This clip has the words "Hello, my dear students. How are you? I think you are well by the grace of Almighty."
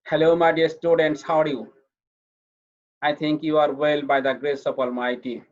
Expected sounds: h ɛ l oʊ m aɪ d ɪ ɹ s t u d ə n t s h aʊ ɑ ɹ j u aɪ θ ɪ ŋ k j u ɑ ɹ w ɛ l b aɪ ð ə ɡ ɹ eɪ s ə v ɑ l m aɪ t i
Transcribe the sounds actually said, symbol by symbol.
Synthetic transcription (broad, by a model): h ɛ l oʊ m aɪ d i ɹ s t u d ə n t s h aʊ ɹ j u aɪ t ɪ ŋ k j u ɑ ɹ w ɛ l b aɪ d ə ɡ ɹ eɪ s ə p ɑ l m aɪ t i